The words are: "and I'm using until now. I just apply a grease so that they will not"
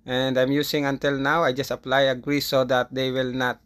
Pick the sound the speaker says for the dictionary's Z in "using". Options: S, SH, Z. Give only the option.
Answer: S